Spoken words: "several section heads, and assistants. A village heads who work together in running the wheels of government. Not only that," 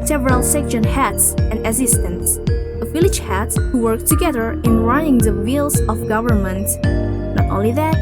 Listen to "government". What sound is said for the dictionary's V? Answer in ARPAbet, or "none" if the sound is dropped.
V